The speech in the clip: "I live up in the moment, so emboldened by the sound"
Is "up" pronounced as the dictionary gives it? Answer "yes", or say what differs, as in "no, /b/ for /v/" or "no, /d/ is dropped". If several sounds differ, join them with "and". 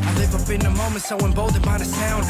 no, /b/ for /p/